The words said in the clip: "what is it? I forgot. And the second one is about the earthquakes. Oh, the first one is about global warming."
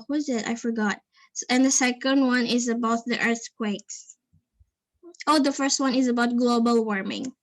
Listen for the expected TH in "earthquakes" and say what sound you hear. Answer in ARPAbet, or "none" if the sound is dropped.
TH